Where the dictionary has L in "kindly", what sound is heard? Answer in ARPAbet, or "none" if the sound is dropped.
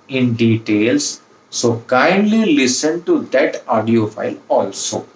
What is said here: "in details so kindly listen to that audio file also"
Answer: L